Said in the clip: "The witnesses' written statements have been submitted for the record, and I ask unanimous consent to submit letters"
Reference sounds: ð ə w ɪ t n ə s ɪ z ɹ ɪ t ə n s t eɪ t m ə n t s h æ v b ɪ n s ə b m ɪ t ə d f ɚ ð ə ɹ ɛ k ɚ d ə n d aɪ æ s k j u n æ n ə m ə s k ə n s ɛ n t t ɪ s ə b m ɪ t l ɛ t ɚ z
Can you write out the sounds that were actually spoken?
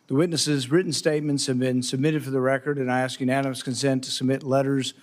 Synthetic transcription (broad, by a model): ð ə w ɪ t n ə s ɪ z ɹ ɪ t n s t eɪ t m ə n t s h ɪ v b ɪ n s ə b m ɪ t ə d f ɚ ð ə ɹ ɛ k ɚ d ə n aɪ æ s k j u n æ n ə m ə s k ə n s ɛ n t t ɪ s ə b m ɪ t l ɛ t ɚ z